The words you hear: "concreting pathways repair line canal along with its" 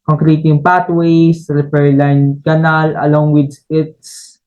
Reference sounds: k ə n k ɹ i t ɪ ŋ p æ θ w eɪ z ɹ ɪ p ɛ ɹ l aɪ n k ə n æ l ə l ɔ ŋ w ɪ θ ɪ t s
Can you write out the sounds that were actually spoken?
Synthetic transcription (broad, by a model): k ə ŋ k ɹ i t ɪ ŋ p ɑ t w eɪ s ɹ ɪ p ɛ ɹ l aɪ n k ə n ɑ l ə l ɔ ŋ w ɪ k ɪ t s